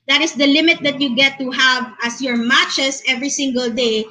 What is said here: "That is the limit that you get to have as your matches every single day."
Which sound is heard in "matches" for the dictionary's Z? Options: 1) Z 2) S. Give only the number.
2